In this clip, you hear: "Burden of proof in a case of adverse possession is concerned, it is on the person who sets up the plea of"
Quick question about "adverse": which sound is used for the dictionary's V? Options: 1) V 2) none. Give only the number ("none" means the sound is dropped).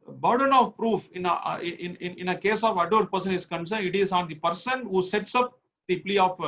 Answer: 2